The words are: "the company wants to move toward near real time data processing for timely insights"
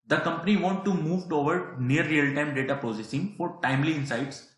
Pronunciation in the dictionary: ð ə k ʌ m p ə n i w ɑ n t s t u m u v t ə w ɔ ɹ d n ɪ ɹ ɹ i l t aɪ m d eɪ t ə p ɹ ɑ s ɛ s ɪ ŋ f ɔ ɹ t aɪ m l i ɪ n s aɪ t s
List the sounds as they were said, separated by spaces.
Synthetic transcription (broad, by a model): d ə k ʌ m p ə n i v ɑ n t t u m u v t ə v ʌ ɹ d n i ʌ ɹ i l t aɪ m d eɪ t ə p ɹ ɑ s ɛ s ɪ ŋ f ɔ ɹ t aɪ m l i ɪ n s aɪ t s